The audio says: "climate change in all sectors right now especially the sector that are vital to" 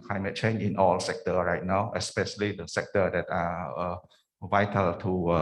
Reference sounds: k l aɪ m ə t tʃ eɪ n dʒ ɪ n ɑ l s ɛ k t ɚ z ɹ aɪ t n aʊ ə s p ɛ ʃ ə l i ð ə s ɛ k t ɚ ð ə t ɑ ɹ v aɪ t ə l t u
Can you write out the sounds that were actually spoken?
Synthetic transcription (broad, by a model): k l aɪ m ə t tʃ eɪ n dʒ ɪ n ɑ l s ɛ k t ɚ ɹ aɪ t n aʊ ə s p ɛ ʃ ə l i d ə s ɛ k t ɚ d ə t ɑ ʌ v aɪ t ə l t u